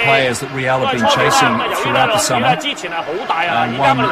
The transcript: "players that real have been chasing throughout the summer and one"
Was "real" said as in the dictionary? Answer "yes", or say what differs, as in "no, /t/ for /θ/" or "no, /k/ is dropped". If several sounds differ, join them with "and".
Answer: no, /w/ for /ɹ/